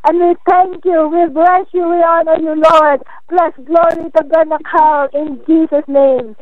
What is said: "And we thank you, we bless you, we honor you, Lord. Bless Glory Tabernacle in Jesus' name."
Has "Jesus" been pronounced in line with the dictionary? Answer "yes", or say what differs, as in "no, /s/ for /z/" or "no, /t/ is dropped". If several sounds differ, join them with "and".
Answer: no, /s/ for /z/